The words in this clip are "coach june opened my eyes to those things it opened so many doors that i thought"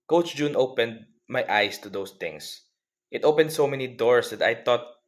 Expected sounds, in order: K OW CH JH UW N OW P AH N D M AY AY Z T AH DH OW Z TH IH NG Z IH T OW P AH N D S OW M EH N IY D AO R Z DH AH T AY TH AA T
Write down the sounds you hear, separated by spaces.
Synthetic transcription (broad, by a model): K OW CH JH UW N OW P AH N D M AY AY S T AH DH OW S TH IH NG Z IH T OW P AH N D S OW M EH N IY D AO R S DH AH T AY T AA T